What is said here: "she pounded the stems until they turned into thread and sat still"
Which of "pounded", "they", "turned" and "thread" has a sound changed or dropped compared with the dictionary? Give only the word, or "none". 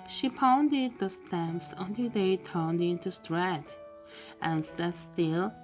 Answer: thread